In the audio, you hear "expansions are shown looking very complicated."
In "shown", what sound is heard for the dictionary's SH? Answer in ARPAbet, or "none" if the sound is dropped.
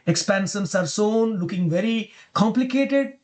S